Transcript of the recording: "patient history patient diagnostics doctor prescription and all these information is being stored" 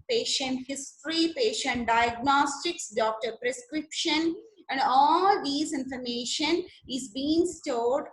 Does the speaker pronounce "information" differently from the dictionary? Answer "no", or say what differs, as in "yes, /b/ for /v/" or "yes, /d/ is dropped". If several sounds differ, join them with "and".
no